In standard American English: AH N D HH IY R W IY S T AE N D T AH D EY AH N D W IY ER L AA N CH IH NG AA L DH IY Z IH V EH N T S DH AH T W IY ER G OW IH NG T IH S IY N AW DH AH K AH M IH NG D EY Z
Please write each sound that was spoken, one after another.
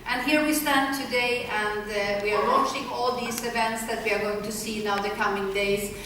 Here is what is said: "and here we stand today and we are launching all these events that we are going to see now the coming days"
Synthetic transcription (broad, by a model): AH N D HH IY R W IY S T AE N T AH D EY AH N D W IY ER W AA CH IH NG AA L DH IY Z IH V EH N T S DH AH T W IY ER G OW IH NG T IH S IY N AW DH AH K AH M IH NG D EY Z